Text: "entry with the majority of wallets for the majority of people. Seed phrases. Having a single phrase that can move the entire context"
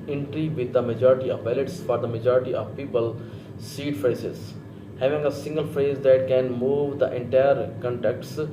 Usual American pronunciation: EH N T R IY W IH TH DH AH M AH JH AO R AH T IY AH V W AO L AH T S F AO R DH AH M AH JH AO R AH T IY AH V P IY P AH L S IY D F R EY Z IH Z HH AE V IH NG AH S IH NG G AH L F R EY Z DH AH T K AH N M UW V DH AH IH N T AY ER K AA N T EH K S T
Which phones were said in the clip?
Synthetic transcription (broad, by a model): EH N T R IY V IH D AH M AH JH AO R AH T IY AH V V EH L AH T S F AO R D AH M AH JH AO R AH T IY AH V P IY P AH L S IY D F R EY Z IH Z HH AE V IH NG AH S IH NG G AH L F R EY Z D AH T K AH N M UW V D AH IH N T AY ER K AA N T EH K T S